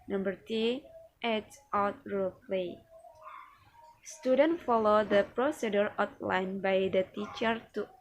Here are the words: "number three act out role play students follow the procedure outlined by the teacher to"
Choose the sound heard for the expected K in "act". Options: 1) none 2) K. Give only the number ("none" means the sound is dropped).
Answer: 1